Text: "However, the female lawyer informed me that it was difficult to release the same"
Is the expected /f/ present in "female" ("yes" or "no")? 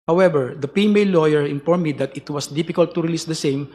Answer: no